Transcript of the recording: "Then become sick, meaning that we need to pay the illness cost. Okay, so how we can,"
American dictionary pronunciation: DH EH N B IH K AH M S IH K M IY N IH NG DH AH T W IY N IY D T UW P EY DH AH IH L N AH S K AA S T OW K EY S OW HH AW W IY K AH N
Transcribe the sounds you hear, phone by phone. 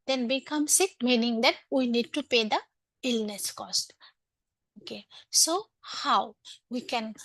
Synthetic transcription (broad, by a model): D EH N B IH K AH M S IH K M IY N IH NG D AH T W IY N IY D T UW P EY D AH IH L N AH S K AA S T OW K EY S OW HH AW W IY K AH N